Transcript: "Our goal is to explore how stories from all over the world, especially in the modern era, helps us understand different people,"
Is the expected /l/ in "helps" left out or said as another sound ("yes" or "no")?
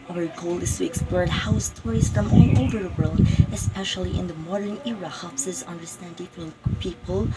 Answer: yes